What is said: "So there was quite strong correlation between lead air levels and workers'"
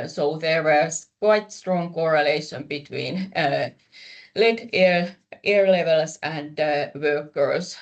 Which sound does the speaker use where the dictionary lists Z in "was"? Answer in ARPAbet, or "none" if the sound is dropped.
S